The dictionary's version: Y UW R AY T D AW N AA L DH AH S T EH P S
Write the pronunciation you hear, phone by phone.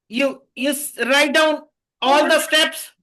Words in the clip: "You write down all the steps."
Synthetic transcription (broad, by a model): Y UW R AY T D AW N AA L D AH S T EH P S